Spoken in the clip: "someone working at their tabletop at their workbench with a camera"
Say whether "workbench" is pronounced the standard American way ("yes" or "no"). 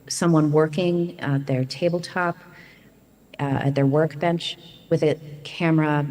yes